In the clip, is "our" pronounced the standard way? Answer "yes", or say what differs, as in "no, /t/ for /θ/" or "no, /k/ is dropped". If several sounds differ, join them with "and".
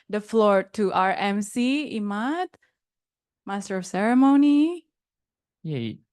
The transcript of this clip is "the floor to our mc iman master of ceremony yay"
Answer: yes